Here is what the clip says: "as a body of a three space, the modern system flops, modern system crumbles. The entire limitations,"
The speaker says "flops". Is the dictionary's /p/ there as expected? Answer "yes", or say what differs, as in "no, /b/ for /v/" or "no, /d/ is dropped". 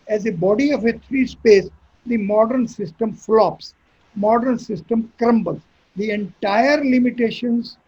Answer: yes